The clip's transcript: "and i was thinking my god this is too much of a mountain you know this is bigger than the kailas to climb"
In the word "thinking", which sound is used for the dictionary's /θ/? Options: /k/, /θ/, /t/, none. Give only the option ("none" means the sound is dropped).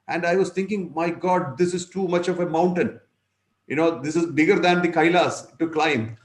/t/